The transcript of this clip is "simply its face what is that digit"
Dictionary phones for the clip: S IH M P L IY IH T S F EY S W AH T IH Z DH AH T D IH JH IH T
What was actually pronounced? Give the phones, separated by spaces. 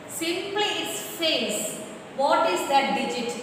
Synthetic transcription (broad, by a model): S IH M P L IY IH S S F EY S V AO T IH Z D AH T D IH JH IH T